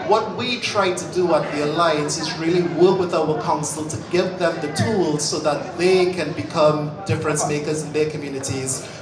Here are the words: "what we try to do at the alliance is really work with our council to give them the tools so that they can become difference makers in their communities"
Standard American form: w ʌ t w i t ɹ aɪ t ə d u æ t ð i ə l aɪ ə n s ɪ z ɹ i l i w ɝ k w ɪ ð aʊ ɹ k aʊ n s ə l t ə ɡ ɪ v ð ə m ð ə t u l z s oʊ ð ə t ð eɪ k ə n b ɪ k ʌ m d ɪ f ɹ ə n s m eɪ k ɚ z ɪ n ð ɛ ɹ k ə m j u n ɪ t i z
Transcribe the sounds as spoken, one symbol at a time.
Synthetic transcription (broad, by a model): w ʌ t w i t ɹ aɪ t ə d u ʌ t ð i ə l aɪ ə n s ɪ z ɹ i l i w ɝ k w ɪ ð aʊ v k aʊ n s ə l t ə ɡ ɪ v ð ə m ð ə t u l z s oʊ ð ə t ð eɪ k ə n b ɪ k ʌ m d ɪ f ɹ ə n s m eɪ k ɚ z ɪ n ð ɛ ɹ k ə m j u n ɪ t i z